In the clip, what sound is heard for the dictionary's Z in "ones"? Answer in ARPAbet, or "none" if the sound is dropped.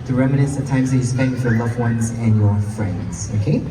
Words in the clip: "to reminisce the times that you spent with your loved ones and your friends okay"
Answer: Z